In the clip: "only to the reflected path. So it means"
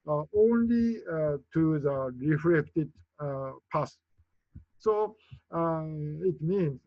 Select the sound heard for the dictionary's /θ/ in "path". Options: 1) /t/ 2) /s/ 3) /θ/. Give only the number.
2